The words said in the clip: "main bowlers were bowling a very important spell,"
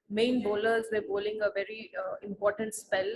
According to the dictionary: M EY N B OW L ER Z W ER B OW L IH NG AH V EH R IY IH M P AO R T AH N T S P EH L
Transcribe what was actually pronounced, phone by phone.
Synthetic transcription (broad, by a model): M EY N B OW L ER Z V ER B OW L IH NG AH V EH R IY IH M P AO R T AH N T S P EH L